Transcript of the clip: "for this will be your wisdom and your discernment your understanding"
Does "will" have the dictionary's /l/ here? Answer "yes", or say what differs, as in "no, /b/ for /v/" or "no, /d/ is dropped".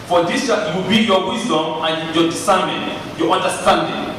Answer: no, /w/ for /l/